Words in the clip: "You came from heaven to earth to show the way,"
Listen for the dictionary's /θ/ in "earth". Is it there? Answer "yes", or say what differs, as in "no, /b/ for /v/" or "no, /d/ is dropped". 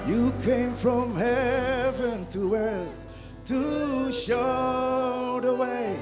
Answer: yes